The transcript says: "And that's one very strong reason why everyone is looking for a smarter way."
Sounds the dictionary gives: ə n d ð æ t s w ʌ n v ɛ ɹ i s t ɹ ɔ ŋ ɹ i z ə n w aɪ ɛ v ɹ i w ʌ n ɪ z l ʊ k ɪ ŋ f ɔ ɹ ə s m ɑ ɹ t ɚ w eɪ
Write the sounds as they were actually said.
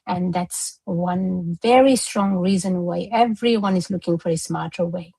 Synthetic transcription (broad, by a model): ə n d ð æ t s w ʌ n v ɛ ɹ i s t ɹ ɔ ŋ ɹ i z ə n w aɪ ɛ v ɹ i w ʌ n ɪ z l ʊ k ɪ ŋ f ɔ ɹ ə s m ɑ ɹ t ɚ w eɪ